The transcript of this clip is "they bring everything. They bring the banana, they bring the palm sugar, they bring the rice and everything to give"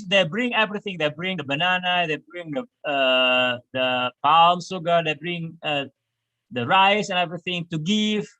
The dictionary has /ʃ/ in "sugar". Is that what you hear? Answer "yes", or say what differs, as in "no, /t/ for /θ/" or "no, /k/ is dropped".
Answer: no, /s/ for /ʃ/